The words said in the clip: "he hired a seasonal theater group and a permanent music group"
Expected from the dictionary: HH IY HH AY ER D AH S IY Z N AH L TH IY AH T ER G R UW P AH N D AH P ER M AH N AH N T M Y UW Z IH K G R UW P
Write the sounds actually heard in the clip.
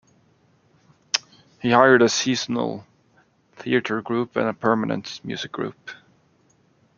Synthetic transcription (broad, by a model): HH IY HH AY ER D AH S IY Z N AH L TH IY AH T ER G R UW P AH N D AH P ER M AH N AH N T M Y UW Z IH K G R UW P